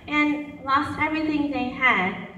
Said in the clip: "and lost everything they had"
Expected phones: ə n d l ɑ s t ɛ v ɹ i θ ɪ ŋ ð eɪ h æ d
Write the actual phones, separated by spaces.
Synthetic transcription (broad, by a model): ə n l ɑ s t ɛ v ɹ i θ ɪ ŋ ð eɪ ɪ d